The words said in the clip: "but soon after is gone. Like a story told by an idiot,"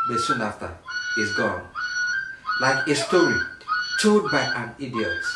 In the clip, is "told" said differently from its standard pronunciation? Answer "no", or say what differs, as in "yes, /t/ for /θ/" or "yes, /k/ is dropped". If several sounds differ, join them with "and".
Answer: yes, /l/ is dropped